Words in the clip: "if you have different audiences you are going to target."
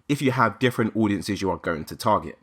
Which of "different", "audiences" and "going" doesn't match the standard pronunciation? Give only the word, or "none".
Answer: none